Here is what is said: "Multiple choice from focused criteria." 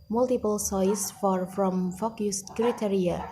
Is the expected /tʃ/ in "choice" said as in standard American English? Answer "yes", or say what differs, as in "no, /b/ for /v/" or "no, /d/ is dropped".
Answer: no, /s/ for /tʃ/